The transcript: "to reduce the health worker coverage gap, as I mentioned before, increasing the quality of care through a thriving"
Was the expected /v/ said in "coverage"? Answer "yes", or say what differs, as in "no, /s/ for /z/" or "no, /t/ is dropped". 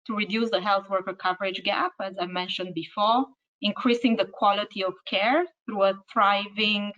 yes